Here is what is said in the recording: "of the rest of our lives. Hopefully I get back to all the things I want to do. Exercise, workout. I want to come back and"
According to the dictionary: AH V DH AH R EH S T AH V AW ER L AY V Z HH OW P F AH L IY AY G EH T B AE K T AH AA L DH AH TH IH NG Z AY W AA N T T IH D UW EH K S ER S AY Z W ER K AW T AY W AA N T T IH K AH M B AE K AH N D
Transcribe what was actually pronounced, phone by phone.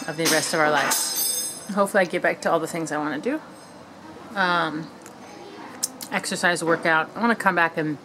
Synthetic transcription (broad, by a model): AH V DH AH R EH S T AH V AW ER L AY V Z HH OW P F L IY AY G EH T B AE K T AH AA L DH AH TH IH NG Z AY W AA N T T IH D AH EH K S ER S AY Z W ER K AW T AY W AA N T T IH K AH M B AE K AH N